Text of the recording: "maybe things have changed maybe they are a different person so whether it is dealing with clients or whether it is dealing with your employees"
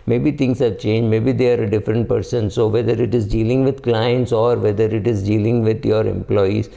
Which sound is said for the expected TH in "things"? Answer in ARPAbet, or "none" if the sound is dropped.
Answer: T